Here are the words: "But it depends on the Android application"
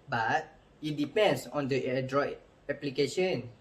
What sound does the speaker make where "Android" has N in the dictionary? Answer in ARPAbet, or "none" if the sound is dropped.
none